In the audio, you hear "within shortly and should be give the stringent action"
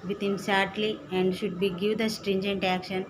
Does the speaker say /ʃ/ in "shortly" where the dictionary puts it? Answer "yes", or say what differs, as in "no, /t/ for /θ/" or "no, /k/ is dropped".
no, /s/ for /ʃ/